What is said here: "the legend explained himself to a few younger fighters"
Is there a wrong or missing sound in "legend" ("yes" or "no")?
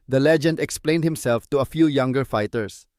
no